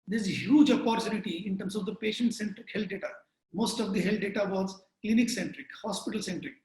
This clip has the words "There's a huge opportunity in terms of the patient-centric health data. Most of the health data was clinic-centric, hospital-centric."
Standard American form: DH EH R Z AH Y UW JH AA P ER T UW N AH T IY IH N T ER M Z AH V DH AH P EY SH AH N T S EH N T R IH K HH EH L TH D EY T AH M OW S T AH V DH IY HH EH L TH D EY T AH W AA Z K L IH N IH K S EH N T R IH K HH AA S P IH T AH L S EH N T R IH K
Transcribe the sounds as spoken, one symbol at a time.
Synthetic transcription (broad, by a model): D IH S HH Y UW JH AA P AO T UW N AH T IY IH N T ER M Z AH V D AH P EY SH AH N T S EH N T R IH K HH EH L T D EY T AH M OW S T AH V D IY HH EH L T D EY T AH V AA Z K L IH N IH K S EH N T R IH K HH AA S P IH T AH L S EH N T R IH K